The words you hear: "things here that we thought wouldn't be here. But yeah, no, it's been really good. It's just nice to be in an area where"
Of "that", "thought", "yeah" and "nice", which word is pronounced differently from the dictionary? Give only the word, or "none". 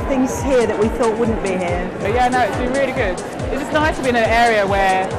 none